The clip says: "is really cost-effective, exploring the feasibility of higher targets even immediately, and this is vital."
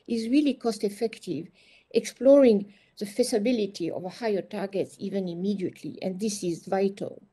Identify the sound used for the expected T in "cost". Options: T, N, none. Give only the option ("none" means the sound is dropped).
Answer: T